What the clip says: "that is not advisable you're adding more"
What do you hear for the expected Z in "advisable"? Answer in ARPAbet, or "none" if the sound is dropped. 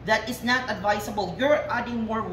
S